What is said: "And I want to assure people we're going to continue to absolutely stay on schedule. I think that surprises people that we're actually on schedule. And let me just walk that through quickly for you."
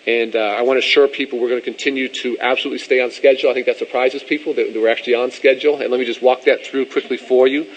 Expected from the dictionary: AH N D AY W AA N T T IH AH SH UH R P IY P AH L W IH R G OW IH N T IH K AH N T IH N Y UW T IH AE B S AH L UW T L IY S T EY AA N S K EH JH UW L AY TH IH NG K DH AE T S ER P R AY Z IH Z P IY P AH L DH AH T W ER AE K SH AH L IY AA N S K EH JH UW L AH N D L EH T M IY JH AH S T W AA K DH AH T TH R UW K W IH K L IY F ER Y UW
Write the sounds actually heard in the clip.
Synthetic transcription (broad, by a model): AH N AY W AA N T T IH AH SH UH R P IY P L W IH R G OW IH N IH K AH N T IH N Y UW T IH AE B S AH L UW T L IY S T EY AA N S K EH JH L AY TH IH NG K DH AE T S ER P R AY Z IH Z P IY P L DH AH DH W ER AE K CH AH L IY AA N S K EH JH L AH N L EH T M IY JH AH S T W AA K DH AH T TH R UW K W IH K L IY F ER Y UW